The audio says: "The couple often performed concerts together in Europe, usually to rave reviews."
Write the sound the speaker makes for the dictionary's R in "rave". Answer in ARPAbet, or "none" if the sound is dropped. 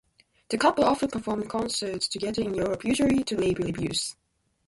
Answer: L